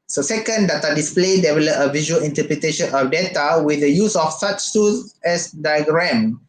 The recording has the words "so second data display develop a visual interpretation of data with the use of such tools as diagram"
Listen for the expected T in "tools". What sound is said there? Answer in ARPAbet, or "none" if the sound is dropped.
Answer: S